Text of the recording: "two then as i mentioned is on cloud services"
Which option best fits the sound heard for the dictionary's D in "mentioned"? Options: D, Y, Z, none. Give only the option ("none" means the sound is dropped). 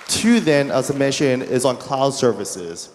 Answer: none